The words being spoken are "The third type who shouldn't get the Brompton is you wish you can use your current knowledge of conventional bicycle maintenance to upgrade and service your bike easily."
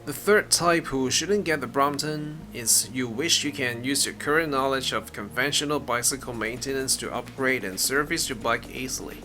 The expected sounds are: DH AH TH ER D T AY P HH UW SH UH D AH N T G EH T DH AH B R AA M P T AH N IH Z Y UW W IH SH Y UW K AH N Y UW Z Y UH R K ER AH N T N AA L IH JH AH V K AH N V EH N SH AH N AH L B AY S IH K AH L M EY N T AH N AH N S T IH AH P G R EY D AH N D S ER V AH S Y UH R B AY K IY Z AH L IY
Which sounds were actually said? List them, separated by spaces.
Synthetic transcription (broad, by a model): DH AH TH ER D T AY P HH UW SH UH D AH N G EH T DH AH B R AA M T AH N IH Z Y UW W IH SH Y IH K AH N Y UW Z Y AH R K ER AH N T N AA L IH JH AH V K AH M V EH N SH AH N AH L B AY S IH K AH L M EY N T AH N AH N S T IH AH P G R EY D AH N S ER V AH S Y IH B AY K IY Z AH L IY